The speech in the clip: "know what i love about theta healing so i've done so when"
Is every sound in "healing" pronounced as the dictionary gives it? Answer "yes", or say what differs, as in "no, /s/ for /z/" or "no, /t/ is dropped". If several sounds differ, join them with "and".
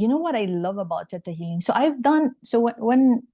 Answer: no, /l/ is dropped